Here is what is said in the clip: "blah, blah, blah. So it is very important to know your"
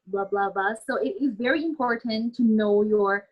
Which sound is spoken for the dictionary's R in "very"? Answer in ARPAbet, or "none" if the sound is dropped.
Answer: R